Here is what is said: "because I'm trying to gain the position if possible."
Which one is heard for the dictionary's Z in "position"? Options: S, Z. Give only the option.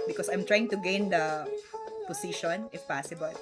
S